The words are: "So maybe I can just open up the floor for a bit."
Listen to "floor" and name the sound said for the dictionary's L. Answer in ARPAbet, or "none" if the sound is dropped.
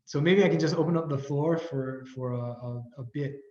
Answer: L